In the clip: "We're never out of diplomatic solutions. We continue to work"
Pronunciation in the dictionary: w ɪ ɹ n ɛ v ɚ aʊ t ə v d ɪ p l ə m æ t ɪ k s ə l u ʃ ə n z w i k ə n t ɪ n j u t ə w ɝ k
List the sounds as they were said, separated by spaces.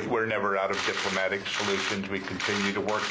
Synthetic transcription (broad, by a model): w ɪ ɹ n ɛ v ɚ aʊ t ə v d ɪ p l ə m æ t ɪ k s ə l u ʃ ə n z w i k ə n t ɪ n j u t ə w ɝ k